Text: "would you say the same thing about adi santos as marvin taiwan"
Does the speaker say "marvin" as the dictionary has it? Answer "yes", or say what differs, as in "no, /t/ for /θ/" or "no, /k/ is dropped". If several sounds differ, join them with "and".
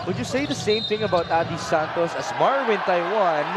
no, /w/ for /v/